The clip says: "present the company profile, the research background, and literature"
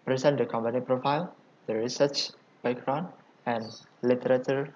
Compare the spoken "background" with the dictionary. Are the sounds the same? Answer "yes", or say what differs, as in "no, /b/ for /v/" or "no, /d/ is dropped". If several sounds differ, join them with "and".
no, /d/ is dropped